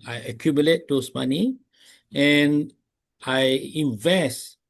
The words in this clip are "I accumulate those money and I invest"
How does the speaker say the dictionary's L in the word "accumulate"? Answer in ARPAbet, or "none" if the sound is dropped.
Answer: L